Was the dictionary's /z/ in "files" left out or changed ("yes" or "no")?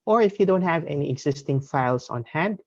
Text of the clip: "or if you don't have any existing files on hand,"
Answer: yes